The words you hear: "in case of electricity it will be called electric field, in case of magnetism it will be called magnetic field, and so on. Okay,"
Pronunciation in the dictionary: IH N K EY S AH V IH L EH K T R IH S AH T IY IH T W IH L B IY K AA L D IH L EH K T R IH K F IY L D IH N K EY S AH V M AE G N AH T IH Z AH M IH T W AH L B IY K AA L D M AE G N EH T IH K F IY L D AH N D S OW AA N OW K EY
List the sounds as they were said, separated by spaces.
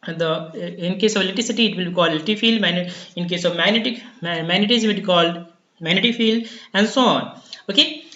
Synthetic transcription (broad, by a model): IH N K EY S AH V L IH T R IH S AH T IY IH T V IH L B IY K AA L D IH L T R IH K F IY L D IH N K EY S AH V M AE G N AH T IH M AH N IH T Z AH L B IY K AA L D M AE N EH T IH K F IY L D AH N D S OW AA N OW K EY